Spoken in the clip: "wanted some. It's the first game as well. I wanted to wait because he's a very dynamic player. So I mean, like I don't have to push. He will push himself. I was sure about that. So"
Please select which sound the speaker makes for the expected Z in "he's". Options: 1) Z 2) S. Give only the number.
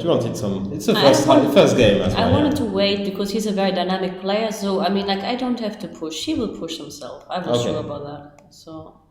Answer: 1